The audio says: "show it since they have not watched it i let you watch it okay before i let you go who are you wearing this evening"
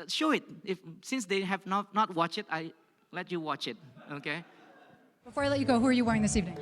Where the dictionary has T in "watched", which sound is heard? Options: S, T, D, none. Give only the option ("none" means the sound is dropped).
none